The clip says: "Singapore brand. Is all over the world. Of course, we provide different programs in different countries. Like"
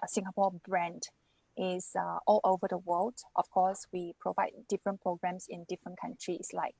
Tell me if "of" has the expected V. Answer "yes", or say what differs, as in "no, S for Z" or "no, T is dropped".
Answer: no, F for V